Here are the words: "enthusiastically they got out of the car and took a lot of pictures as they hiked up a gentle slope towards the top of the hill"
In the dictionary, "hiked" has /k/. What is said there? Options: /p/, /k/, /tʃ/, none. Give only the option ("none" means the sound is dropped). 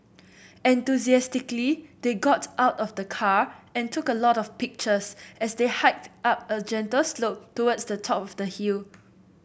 /k/